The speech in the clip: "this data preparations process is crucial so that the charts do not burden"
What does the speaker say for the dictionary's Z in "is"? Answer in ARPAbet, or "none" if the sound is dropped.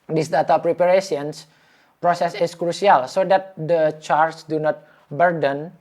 S